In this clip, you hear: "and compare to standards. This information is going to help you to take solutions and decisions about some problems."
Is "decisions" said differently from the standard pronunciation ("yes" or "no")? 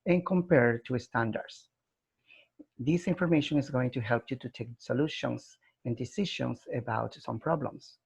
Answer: yes